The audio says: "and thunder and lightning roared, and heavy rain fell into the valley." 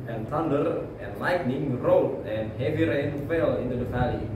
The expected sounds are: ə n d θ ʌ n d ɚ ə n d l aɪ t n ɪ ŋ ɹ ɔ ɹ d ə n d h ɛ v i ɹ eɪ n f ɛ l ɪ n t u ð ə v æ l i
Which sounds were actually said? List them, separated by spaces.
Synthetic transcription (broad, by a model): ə n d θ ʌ n d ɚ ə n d l aɪ t n ɪ ŋ ɹ ɔ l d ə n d h ɛ v i ɹ eɪ n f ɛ l ɪ n t u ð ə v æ l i